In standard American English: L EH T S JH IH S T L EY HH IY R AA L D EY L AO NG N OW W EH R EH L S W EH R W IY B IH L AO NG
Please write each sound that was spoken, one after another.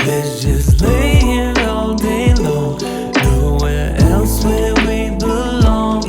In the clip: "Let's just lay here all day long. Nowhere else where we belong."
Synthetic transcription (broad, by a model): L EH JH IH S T L EY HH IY AA L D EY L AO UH N OW W EH R EH L S W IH L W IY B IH L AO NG